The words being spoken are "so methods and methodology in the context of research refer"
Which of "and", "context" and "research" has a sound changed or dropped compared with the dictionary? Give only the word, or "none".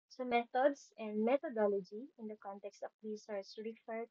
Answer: research